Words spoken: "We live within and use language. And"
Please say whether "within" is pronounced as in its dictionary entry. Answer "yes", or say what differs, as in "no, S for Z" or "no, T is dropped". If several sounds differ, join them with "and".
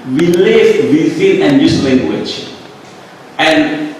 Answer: no, S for TH